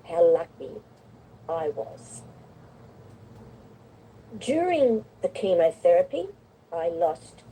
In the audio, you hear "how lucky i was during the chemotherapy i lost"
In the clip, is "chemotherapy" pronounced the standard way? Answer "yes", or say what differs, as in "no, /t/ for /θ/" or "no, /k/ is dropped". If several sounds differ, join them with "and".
yes